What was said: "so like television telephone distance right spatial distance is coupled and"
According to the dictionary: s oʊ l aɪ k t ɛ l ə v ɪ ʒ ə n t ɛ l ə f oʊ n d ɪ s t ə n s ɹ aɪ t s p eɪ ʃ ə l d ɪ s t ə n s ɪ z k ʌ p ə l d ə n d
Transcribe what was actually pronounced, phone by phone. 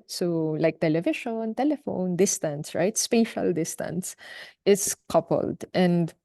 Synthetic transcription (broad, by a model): s oʊ l aɪ k t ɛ l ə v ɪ ʃ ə n t ɛ l ə f oʊ n d ɪ s t ə n s ɹ aɪ t s p eɪ ʃ ə l d ɪ s t ə n s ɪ s k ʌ p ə l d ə n d